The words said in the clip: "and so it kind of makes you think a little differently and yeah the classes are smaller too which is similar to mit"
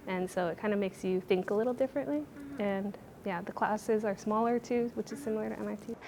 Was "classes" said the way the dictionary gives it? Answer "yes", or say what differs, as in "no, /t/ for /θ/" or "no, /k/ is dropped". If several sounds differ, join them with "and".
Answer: yes